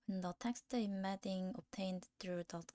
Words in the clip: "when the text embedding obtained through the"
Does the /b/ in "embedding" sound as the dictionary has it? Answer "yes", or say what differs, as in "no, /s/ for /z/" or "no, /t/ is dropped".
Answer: no, /b/ is dropped